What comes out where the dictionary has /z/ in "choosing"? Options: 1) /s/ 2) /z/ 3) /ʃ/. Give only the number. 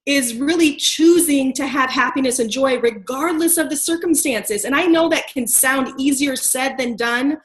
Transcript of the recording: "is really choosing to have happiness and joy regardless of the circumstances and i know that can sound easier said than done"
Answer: 2